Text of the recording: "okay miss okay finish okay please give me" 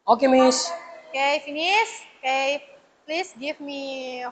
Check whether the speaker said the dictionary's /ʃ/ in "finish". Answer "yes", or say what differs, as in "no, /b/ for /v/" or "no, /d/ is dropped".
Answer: no, /s/ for /ʃ/